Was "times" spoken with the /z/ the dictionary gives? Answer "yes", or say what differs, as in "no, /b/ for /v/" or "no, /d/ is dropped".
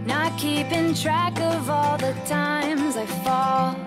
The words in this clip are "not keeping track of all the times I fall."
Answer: yes